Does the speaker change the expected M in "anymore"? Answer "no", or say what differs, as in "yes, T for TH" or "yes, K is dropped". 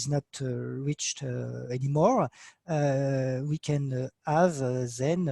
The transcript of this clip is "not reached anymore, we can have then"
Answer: no